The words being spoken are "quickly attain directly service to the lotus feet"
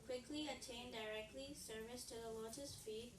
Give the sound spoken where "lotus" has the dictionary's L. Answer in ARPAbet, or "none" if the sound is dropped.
W